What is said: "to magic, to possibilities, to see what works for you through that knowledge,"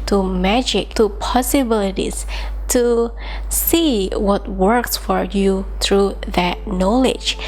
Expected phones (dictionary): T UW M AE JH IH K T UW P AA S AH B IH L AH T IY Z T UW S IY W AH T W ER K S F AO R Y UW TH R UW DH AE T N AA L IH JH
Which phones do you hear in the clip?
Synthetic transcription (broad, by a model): T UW M AE JH IH K T UW P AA S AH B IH L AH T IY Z T UW S IY W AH T W ER K S F AO R Y UW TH R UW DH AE T N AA L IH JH